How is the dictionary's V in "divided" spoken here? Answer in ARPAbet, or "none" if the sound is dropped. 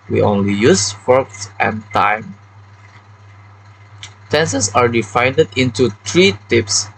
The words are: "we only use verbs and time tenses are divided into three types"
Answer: F